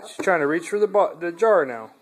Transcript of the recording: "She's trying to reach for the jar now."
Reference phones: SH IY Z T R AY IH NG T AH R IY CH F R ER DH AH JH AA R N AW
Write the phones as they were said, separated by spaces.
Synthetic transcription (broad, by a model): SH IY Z T R AY IH NG T AH R IY CH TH R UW DH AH JH AA R N AW